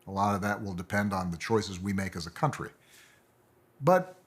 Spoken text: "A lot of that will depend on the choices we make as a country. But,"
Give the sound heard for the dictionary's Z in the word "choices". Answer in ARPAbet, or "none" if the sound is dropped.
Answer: Z